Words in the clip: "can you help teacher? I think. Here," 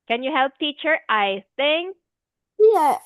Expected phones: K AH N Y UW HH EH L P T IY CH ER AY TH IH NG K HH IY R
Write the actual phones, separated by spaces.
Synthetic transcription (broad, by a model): K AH N Y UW HH EH L P T IY CH ER AY TH IH NG K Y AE